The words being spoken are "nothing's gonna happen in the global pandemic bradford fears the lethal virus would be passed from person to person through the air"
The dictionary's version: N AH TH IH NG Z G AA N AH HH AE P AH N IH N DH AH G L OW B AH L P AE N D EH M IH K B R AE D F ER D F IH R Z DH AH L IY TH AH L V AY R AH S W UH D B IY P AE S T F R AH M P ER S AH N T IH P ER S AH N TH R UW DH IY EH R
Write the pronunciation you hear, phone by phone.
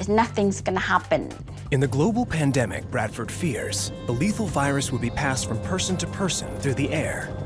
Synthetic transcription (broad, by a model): N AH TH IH NG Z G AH N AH HH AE P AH N IH N DH AH G L OW B L P AE N D EH M IH K B R AE D F ER D F IH R Z DH AH L IY TH L V AY R AH S W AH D B IY P AE S T F R AH M P ER S AH N T IH P ER S AH N TH R UW DH IY EH R